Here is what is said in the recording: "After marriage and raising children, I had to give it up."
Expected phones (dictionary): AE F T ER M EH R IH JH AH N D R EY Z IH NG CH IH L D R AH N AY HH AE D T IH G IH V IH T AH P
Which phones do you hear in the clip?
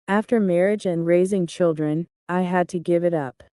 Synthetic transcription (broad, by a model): AE F T ER M EH R IH JH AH N R EY Z IH NG CH IH L D R AH N AY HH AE D T IH G IH V IH T AH P